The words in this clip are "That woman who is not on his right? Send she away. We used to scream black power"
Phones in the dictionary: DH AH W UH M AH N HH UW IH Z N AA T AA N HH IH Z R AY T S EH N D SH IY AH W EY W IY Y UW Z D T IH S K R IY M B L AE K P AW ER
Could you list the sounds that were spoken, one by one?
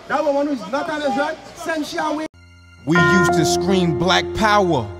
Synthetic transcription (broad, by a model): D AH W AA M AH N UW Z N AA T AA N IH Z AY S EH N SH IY AH W EY W IY Y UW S T IH S K R IY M B L AE K P AW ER